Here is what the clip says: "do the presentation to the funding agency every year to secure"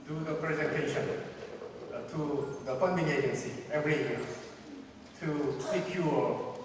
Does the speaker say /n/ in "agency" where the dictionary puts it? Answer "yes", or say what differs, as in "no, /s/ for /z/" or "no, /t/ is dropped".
yes